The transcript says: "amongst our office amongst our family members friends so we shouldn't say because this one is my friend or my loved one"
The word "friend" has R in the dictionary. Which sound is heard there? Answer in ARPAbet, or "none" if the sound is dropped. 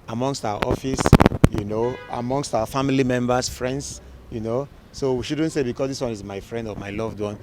R